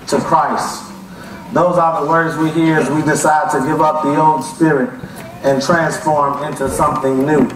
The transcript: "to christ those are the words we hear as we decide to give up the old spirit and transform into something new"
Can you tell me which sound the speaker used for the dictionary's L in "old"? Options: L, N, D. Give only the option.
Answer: N